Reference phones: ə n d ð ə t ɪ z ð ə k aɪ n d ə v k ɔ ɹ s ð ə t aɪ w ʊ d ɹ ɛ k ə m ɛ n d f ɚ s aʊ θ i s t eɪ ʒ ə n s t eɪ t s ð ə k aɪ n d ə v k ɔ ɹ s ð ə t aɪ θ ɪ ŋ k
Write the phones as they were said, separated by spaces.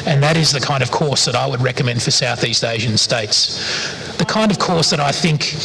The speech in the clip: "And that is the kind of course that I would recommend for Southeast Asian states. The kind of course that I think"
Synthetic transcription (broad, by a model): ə n ð ə t ɪ z ð ə k aɪ n d ə v k ɔ ɹ s ð ə t aɪ w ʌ d ɹ ɛ k ə m ɛ n d f ɚ s aʊ θ i s t eɪ ʒ ə n s t eɪ t s ð ə k aɪ n d ə v k ɔ ɹ s ð ə t aɪ θ ɪ ŋ k